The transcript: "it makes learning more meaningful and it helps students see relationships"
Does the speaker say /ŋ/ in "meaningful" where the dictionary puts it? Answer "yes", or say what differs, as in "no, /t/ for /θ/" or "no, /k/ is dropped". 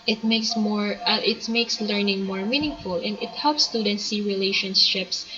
yes